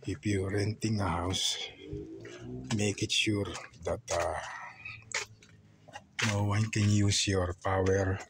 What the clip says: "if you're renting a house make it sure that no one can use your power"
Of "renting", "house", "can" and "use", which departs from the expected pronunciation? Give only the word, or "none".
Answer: none